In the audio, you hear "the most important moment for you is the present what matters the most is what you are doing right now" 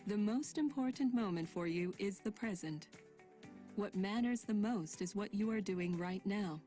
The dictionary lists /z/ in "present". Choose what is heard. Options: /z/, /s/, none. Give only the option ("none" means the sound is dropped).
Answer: /z/